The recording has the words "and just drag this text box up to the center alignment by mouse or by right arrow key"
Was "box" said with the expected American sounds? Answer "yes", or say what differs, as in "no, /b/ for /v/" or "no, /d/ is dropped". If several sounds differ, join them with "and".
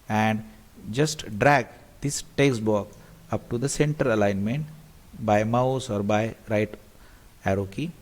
no, /s/ is dropped